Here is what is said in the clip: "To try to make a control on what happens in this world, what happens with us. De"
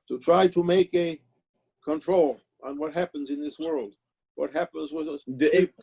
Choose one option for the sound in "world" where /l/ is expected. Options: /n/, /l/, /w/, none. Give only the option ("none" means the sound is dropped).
/l/